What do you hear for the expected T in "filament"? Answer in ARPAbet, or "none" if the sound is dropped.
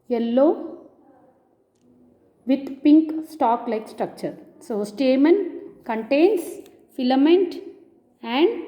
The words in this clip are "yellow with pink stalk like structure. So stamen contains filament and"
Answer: T